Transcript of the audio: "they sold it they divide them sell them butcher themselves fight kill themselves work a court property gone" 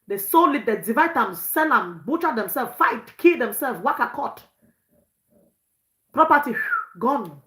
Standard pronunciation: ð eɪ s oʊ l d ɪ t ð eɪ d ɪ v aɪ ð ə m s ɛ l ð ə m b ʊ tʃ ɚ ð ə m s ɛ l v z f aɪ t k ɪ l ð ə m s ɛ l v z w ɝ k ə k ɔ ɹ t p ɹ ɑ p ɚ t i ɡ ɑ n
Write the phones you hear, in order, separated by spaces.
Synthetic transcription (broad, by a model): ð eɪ s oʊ l ɪ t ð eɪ d ɪ v aɪ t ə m s ɛ l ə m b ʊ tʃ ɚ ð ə m s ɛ l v f aɪ t k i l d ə m s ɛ l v w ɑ k ə k ɔ t p ɹ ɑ p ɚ t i ɡ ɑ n